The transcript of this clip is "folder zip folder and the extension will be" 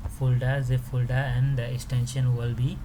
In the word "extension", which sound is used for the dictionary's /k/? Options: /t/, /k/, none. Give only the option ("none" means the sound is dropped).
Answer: /k/